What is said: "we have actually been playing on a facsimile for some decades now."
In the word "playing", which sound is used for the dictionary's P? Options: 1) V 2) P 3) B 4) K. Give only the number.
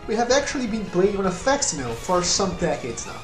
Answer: 3